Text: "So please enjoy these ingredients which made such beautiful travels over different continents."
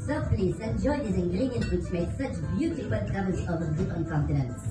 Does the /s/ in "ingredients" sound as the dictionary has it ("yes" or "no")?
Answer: no